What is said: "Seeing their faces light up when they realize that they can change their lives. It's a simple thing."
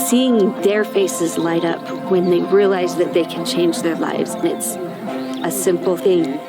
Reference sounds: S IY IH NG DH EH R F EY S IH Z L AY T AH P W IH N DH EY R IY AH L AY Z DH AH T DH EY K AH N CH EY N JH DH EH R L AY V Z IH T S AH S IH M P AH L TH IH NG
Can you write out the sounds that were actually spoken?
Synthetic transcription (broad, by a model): S IY IH NG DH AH R F EY S IH Z L AY T AH P W IH N DH EY R IY AH L AY Z DH AH T DH EY K N CH EY N JH DH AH R L AY V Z IH T S AH S IH M P L TH IH NG